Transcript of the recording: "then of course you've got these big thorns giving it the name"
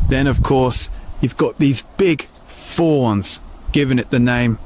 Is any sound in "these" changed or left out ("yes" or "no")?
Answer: no